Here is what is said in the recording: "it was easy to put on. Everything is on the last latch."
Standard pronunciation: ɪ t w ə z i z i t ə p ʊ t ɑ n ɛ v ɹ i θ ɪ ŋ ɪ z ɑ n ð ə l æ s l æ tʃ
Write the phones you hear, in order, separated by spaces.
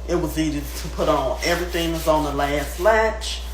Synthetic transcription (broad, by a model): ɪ t w ə z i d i t ə p ʊ t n ɛ v ɹ i θ ɪ ŋ ɪ z n ð ə l æ s l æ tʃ